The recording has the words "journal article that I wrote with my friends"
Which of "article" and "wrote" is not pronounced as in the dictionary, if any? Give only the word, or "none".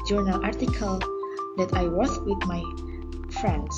wrote